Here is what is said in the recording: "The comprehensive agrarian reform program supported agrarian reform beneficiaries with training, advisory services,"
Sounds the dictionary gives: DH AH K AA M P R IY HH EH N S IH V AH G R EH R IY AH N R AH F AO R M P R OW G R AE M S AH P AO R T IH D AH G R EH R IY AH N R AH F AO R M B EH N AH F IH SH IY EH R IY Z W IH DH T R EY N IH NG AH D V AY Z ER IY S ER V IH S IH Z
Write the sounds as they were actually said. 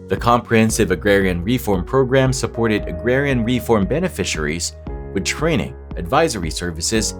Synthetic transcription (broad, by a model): DH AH K AA M P R IY HH EH N S IH V AH G R EH R IY AH N R AH F AO R M P R OW G R AE M S AH P AO R T IH D AH G R EH R IY AH N R AH F AO R M B EH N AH F IH SH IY R IY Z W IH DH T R EY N IH NG AH D V AY Z ER IY S ER V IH S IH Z